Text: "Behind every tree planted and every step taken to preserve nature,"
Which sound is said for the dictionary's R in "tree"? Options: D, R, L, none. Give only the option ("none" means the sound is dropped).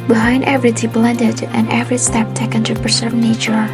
none